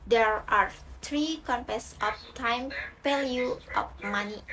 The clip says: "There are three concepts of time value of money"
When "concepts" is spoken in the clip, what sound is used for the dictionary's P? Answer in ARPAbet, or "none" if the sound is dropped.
none